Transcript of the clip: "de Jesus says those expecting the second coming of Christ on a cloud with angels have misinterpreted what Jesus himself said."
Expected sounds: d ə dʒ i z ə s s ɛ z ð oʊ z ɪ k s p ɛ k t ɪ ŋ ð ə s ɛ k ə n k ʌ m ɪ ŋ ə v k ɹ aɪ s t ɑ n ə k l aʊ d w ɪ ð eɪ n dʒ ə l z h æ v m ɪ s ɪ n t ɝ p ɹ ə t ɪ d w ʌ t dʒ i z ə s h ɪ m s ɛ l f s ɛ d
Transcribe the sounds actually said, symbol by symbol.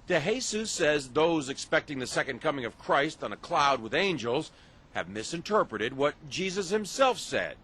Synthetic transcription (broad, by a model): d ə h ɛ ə s s ɛ z ð oʊ z ɪ k s p ɛ k t ɪ ŋ ð ə s ɛ k ə n k ʌ m ɪ ŋ ə v k ɹ aɪ s t n ə k l aʊ d w ɪ ð eɪ n dʒ ə l z h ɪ v m ɪ s ɪ n t ɝ p ɹ ə t ɪ d w ʌ t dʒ i z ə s h ɪ m s ɛ l f s ɛ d